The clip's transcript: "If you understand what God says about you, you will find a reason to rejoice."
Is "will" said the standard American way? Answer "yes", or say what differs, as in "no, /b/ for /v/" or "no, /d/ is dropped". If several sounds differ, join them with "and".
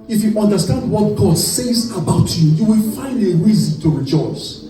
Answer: yes